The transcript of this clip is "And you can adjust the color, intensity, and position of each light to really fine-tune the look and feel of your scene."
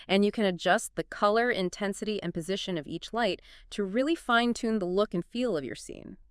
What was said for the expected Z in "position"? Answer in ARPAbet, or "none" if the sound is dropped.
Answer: Z